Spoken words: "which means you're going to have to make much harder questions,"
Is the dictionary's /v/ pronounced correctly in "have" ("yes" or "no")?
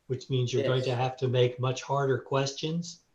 no